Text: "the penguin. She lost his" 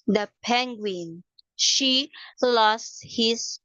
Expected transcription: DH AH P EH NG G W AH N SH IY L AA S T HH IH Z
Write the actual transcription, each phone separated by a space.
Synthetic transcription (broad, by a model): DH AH P EH NG G W AH N SH IY L AA S T HH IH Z